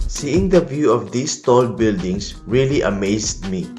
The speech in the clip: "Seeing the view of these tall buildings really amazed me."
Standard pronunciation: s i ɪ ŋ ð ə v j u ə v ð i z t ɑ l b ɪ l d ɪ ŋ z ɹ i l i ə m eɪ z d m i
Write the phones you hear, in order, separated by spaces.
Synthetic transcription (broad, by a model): s i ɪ ŋ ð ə v j u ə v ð i s t ɑ l b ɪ l d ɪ ŋ s ɹ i l i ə m eɪ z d m i